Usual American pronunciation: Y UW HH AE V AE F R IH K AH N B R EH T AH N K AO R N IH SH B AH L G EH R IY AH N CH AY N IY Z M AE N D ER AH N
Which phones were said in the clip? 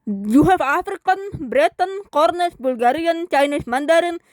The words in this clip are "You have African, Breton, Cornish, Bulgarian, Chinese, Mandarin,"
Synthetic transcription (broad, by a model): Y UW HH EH F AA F R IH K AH N B R EH T AH N K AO R N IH S B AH L G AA R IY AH N CH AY N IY S M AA N D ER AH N